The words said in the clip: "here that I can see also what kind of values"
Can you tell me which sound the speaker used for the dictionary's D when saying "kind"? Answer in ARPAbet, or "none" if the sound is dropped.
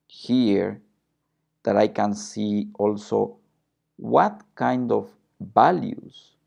D